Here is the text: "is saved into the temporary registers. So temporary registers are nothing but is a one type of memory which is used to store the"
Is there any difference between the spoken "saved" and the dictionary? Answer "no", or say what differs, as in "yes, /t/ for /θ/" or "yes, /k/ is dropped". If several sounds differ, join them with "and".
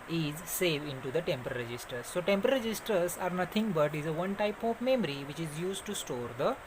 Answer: yes, /d/ is dropped